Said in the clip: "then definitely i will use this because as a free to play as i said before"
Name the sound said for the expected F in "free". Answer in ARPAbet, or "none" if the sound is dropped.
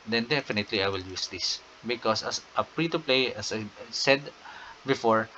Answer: P